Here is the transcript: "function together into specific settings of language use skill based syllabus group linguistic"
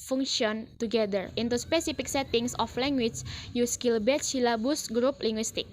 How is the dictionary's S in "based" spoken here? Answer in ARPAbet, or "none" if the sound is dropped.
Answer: none